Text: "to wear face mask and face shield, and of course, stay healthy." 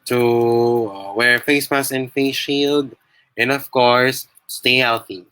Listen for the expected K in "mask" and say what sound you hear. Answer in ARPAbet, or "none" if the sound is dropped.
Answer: none